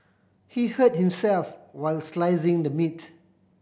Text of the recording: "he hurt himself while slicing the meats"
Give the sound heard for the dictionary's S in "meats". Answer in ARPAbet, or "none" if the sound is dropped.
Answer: none